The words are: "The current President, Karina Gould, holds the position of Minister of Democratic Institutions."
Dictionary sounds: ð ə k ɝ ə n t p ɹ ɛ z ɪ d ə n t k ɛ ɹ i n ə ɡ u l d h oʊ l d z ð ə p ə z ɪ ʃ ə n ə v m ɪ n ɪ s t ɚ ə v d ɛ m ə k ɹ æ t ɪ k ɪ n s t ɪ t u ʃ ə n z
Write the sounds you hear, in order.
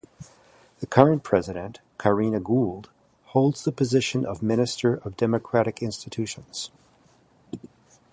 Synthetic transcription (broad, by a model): ð ə k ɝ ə n p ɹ ɛ z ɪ d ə n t k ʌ ɹ i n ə ɡ u l d h oʊ l d z ð ə p ə z ɪ ʃ ə n ə v m ɪ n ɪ s t ɚ ə v d ɛ m ə k ɹ æ t ɪ k ɪ n s t ɪ t u ʃ ə n z